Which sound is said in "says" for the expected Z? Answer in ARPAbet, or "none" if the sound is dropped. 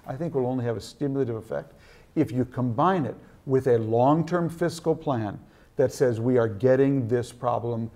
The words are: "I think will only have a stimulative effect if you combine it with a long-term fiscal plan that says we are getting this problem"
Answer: Z